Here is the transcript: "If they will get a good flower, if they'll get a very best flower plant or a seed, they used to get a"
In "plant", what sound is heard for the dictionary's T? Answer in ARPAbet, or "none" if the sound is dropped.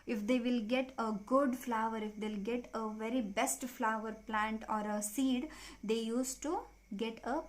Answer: T